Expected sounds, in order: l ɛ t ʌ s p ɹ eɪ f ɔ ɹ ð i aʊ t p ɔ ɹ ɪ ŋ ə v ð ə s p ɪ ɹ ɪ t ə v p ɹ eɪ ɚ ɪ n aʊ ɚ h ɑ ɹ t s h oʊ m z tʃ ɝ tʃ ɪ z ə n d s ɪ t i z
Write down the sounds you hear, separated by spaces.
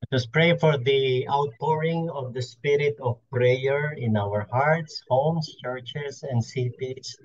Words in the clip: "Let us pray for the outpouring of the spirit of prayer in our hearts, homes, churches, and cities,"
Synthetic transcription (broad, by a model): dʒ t ʌ s p ɹ eɪ f ɔ ɹ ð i aʊ t p ɔ ɹ ɪ ŋ ə v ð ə s p ɪ ɹ ɪ t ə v p ɹ eɪ ɚ ɪ n aʊ ɚ h ɑ ɹ t s h oʊ m s tʃ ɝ tʃ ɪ s ə n d s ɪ t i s